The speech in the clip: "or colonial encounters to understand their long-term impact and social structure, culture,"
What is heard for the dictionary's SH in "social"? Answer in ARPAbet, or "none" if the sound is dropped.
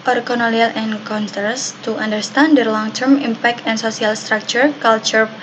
S